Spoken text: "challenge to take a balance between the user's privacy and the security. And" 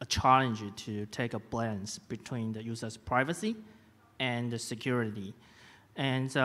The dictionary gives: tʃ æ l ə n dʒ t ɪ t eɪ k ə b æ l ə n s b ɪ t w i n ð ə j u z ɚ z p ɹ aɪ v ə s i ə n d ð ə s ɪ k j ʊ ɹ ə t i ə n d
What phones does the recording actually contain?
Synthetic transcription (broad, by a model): tʃ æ l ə n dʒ t ɪ t eɪ k ə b l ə n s b ɪ t w i n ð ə j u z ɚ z p ɹ aɪ v ə s i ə n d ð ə s ɪ k j ʊ ɹ ə t i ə n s